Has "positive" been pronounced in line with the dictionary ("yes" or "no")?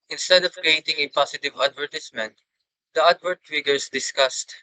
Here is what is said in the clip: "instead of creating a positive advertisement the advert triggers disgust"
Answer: no